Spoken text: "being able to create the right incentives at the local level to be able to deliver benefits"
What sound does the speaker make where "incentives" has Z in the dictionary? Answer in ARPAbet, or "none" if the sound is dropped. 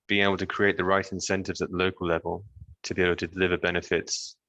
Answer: Z